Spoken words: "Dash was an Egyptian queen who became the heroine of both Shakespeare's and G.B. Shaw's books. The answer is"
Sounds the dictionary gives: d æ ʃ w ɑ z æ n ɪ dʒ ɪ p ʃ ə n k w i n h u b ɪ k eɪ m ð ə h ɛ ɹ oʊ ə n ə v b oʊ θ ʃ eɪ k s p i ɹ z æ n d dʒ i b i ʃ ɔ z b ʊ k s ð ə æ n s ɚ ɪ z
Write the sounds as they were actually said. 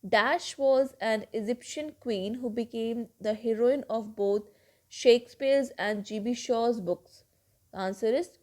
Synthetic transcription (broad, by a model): d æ ʃ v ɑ z æ n ɪ dʒ ɪ p ʃ ə n k w i n h u b ɪ k eɪ m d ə h ɛ ɹ oʊ ə n ə v b oʊ t ʃ eɪ k s p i ɹ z æ n d dʒ i b i ʃ ɔ z b ʊ k s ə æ n s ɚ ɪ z